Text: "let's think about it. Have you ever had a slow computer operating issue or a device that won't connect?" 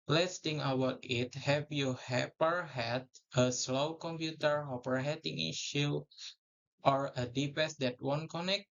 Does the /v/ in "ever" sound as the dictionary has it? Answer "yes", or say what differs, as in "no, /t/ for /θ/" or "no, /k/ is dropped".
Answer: no, /p/ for /v/